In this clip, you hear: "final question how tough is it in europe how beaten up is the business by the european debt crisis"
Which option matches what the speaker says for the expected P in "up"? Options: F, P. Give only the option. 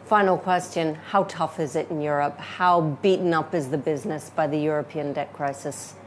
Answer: P